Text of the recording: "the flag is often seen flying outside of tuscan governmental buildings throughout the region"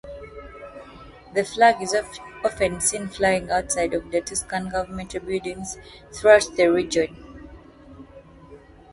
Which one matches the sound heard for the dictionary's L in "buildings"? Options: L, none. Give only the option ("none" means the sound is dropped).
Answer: none